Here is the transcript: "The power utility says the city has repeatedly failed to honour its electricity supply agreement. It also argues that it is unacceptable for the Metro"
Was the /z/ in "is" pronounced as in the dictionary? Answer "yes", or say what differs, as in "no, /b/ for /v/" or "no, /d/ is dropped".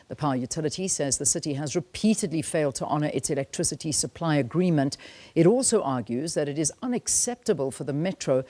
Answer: yes